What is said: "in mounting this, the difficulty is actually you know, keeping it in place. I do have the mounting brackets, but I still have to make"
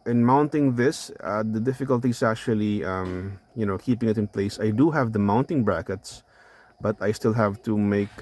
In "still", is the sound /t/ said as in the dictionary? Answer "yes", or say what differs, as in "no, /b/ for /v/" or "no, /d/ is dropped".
yes